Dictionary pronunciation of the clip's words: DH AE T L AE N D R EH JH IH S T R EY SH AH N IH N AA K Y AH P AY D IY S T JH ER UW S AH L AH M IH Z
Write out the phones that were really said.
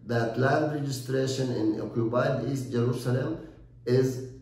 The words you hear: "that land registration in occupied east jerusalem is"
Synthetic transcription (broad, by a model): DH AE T L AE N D R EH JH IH S T R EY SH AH N IH N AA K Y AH B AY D IY S T JH ER UW S AH L AH M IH Z